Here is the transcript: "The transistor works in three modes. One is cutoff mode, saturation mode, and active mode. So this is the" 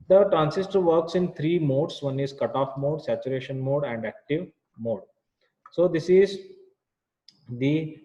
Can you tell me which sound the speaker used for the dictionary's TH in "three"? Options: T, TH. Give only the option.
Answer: T